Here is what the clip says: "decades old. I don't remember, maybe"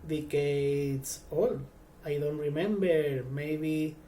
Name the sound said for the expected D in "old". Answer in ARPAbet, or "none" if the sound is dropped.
none